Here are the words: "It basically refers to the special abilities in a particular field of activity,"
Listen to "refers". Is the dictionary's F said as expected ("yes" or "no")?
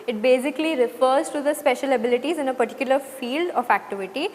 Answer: yes